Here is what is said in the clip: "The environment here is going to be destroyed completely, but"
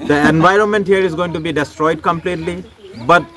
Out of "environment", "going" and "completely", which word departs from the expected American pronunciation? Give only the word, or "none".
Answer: none